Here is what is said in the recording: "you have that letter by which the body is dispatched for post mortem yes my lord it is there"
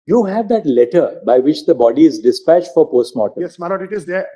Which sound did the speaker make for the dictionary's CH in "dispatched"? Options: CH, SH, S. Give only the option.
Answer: CH